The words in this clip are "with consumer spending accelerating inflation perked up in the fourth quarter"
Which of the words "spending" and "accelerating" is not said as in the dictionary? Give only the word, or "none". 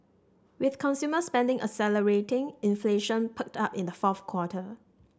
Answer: accelerating